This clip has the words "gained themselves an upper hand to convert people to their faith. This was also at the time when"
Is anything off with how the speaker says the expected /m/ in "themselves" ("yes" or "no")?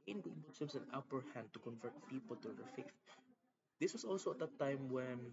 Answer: yes